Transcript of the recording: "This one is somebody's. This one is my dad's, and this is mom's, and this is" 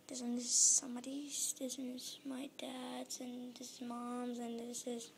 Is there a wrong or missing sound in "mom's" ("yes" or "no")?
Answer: no